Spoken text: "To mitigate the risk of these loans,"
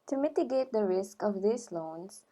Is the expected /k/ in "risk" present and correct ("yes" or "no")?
yes